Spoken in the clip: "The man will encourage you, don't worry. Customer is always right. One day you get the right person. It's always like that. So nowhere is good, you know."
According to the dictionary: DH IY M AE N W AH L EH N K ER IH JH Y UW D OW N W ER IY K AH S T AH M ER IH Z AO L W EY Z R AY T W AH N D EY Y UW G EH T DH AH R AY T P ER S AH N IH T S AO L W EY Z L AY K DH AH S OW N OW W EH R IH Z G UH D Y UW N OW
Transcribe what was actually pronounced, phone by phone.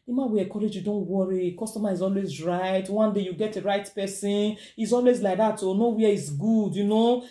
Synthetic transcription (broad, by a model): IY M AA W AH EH K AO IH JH Y UW D OW N W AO IY K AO S T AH M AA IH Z AO L W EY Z R AY T W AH N D EY Y UW G EH T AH R AY T P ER S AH N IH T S AO L W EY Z L AY K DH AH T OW N OW W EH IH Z G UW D Y UW N OW